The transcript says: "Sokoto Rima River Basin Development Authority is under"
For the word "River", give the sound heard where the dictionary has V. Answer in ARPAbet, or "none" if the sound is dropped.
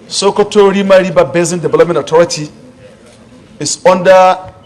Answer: B